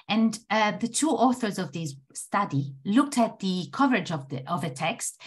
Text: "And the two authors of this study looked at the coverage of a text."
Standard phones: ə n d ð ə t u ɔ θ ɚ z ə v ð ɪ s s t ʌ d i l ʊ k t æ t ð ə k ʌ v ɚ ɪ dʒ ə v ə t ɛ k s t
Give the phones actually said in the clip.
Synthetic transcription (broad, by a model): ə n ð ə t u ɔ θ ɚ z ə v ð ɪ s s t ʌ d i l ʊ k t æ t ð ə k ʌ v ɚ ɪ dʒ ə v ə t ɛ k s t